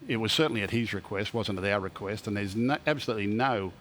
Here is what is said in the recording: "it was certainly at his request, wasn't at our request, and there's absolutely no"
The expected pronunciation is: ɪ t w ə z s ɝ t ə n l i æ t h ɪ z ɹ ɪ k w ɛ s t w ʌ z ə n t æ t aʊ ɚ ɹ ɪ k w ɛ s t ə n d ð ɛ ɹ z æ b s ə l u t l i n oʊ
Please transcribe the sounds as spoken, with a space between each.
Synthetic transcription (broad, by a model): ɪ t w ə z s ɝ t n l i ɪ t h ɪ z ɹ ɪ k w ɛ s t w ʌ z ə n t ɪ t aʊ ɹ ɪ k w ɛ s t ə n ð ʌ ɹ z æ b s ə l u t l i n oʊ